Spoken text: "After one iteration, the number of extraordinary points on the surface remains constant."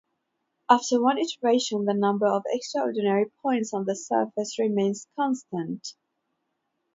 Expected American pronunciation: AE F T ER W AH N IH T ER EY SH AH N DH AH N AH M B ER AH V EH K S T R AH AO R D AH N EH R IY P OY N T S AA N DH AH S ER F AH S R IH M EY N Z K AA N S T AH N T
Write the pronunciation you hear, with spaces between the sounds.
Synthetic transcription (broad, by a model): AE F T ER W AH N IH T ER EY SH AH N DH AH N AH M B ER AH V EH K S T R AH AO R D N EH R IY P OY N T S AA N DH AH S ER F AH S R IH M EY N Z K AA N S T AH N T